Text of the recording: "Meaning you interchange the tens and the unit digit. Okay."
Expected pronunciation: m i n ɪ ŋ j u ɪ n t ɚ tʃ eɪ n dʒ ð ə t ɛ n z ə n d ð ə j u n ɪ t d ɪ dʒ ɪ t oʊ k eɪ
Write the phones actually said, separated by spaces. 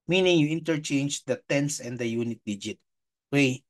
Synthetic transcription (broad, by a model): m i n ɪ ŋ j u ɪ n t ɚ tʃ eɪ n dʒ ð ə t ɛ n s ə n d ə j u n ɪ t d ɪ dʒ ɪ t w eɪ